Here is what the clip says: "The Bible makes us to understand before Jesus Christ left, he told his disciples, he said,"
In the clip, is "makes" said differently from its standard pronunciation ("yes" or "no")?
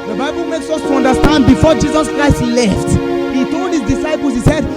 no